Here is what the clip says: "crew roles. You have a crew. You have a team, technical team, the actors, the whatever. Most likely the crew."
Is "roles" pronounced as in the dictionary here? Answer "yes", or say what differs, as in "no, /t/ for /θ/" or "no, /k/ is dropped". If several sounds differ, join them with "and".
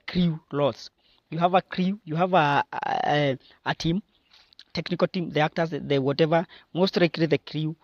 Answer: no, /l/ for /ɹ/